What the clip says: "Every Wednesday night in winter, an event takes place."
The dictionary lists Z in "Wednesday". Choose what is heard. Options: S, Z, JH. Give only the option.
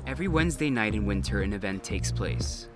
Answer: Z